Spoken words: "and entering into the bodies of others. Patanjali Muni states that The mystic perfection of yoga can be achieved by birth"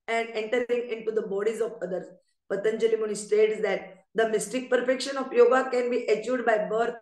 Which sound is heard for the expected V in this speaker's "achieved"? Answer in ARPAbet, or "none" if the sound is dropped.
none